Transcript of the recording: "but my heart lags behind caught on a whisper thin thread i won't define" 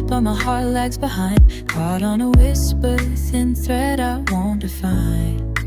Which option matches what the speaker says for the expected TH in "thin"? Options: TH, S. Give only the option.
S